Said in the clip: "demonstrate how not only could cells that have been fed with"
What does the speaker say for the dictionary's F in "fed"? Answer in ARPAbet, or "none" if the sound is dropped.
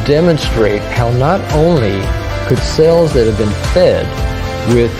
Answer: F